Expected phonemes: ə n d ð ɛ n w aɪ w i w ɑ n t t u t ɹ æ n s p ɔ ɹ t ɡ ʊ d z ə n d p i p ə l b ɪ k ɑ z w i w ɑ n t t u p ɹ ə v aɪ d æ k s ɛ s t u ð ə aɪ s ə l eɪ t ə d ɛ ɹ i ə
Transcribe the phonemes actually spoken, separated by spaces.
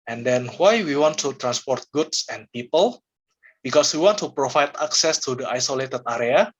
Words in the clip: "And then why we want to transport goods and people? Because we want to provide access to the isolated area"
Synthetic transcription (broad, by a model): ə n d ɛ n w aɪ w i w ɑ n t t u t ɹ æ n s p ɔ ɹ t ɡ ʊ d s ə n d p i p ə l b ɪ k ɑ s w i w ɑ n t t u p ɹ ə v aɪ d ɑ k s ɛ s t u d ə aɪ s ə l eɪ t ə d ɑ ɹ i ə